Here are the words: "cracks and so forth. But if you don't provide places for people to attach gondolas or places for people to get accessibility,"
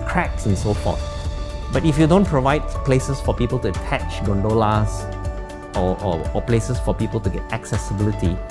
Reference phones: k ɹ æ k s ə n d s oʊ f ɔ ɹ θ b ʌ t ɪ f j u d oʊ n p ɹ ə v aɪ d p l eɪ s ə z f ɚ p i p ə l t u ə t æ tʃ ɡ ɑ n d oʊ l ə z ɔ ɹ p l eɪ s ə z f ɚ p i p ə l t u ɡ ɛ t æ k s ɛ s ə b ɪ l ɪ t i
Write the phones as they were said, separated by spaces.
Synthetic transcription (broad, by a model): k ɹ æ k s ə n s oʊ f ɔ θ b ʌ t ɪ f j u d oʊ n p ɹ ə v aɪ d p l eɪ s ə s f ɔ p i p ə l t u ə t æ tʃ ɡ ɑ n d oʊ l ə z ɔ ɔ p l eɪ s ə s f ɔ p i p ə l t u ɡ ɛ t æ k s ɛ s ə b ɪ l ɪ t i